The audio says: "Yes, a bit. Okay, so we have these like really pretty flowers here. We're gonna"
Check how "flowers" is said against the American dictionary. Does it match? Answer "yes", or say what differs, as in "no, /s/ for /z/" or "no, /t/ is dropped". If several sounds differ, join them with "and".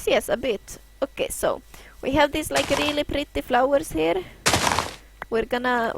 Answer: no, /s/ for /z/